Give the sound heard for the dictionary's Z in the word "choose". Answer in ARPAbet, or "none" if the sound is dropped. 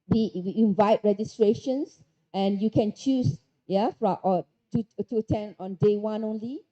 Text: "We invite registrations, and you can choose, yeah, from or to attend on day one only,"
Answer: S